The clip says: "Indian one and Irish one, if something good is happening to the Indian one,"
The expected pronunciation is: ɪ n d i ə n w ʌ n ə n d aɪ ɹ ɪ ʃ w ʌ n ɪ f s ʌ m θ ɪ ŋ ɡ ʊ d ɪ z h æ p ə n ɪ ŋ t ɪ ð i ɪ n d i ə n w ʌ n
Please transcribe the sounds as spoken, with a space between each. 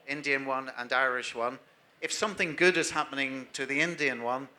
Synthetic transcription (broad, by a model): ɪ n d i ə n w ʌ n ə n aɪ ɹ ɪ ʃ w ʌ n ɪ f s ʌ m θ ɪ ŋ ɡ ʊ d ɪ z h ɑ p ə n ɪ ŋ t ɪ ð i ɪ n d i ə n w ʌ n